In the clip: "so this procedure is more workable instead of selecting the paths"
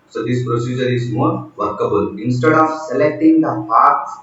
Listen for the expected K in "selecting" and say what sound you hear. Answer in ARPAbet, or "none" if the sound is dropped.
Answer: K